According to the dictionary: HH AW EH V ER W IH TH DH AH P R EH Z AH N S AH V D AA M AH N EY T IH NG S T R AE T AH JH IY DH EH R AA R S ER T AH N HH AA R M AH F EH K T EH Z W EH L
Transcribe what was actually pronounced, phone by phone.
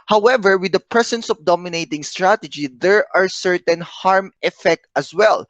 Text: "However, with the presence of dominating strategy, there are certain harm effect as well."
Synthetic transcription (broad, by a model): HH AW EH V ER W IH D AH P R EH S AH N S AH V D AA M AH N EY T IH NG S T R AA T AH JH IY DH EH R AA R S ER T AH N HH AA R M AH F EH K T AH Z W EH L